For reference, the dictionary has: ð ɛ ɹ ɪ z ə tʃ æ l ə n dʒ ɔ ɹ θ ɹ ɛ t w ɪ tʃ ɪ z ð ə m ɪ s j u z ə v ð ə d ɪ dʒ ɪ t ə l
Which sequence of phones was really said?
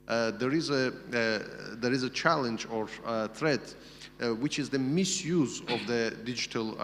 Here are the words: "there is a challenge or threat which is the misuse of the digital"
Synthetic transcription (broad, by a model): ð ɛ ɹ ɪ z ə tʃ æ l ə n dʒ ɔ ɹ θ ɹ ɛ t w ɪ tʃ ɪ z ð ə m ɪ s j u z ə v ð ə d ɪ dʒ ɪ t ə l